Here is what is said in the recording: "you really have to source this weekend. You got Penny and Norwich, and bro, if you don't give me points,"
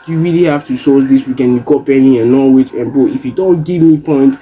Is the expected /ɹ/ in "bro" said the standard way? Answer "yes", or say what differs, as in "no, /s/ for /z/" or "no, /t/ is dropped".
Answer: no, /ɹ/ is dropped